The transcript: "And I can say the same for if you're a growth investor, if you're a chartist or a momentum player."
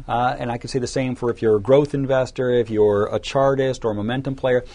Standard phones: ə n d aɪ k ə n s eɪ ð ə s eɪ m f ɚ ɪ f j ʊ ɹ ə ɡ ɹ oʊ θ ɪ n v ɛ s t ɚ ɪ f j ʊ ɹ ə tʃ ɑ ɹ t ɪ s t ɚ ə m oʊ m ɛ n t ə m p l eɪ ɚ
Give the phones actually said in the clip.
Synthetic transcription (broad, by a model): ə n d aɪ k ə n s eɪ ð ə s eɪ m f ɚ ɪ f j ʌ ɹ ə ɡ ɹ oʊ θ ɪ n v ɛ s t ɚ ɪ f j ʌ ɹ ə tʃ ɑ ɹ t ɪ s t ɚ ə m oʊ m ɛ n t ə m p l eɪ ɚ